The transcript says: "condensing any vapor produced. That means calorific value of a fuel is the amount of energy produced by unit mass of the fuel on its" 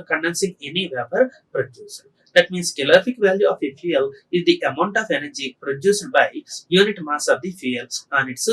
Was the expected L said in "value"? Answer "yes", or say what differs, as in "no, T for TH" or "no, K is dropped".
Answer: yes